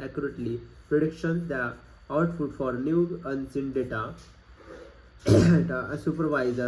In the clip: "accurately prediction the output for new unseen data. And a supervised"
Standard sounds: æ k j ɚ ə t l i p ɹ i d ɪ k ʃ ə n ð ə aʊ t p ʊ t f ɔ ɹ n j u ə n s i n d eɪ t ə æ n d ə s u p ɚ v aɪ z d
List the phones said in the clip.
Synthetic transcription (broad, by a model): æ k j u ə t l i p ɹ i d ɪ k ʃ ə n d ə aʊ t f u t f ɔ ɹ n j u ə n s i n d eɪ t ə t ə s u p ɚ v aɪ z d